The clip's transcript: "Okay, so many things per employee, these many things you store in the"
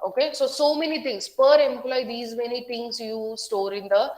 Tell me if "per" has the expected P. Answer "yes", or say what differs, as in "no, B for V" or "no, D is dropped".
yes